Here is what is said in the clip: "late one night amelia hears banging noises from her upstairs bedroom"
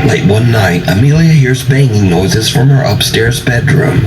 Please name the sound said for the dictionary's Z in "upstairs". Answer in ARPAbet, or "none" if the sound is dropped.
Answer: Z